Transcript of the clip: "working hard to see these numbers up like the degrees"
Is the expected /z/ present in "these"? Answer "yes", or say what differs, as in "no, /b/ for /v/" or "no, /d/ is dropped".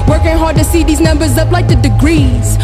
yes